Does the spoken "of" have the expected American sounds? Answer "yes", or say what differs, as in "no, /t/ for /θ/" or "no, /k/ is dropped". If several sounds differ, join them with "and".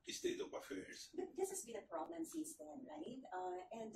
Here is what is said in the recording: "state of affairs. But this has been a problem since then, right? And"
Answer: no, /p/ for /v/